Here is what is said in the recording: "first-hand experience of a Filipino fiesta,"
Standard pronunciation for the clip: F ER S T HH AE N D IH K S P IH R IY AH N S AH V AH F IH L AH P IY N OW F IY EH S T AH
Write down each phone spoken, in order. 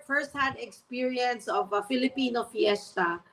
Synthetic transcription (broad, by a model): F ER S T HH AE D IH K S P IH R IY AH N S AH V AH F IH L AH P IY N OW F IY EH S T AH